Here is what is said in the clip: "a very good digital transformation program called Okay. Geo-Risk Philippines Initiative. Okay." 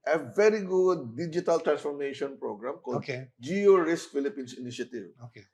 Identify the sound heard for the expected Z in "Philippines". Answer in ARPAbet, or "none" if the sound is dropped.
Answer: S